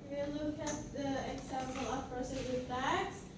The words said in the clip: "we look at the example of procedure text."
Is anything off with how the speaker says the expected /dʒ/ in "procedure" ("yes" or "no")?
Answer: yes